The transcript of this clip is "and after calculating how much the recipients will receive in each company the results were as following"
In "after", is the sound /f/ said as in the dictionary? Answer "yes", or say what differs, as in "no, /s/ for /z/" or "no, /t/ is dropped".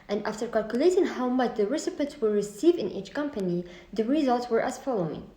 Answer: yes